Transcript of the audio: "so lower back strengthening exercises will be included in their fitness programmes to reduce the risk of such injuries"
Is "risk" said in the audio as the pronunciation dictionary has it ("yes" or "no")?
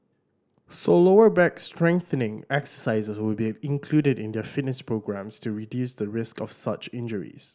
yes